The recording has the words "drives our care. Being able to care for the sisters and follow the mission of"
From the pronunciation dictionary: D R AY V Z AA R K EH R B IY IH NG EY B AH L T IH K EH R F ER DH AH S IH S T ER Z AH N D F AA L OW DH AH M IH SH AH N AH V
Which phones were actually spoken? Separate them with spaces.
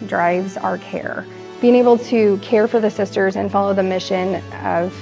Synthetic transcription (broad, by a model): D R AY V Z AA R K EH R B IY IH NG EY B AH L T IH K EH R F ER DH AH S IH S T ER Z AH N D F AA L OW DH AH M IH SH AH N AH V